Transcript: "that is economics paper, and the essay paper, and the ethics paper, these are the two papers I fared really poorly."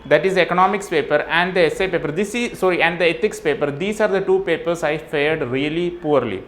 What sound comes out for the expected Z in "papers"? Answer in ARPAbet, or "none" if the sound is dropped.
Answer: S